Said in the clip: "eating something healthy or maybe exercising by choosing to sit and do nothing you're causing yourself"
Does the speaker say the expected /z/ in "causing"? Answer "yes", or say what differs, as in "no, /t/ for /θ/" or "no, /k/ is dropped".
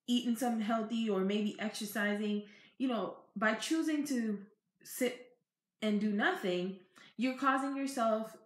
yes